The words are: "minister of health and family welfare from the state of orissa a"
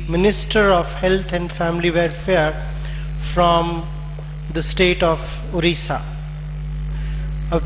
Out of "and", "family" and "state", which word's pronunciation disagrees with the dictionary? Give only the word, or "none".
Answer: none